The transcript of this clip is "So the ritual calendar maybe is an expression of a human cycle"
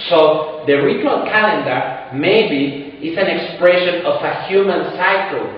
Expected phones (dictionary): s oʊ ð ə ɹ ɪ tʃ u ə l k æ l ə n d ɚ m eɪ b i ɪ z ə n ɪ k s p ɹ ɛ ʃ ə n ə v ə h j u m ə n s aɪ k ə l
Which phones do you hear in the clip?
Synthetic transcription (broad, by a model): s oʊ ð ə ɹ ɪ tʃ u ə l k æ l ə n d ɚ m eɪ b i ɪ s ə n ɪ k s p ɹ ɛ ʃ ə n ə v ə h j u m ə n s aɪ k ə l